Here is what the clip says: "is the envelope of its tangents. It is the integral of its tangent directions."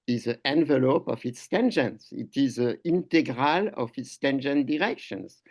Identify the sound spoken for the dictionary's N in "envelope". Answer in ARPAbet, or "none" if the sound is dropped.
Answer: N